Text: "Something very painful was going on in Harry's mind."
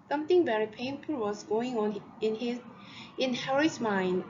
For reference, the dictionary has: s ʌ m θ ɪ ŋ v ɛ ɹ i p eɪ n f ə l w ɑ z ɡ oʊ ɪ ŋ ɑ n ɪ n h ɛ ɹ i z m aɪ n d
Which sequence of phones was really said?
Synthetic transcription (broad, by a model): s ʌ m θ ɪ ŋ v ɛ ɹ i p eɪ n f ə l w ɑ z ɡ oʊ ɪ ŋ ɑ n ɪ n h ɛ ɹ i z m aɪ n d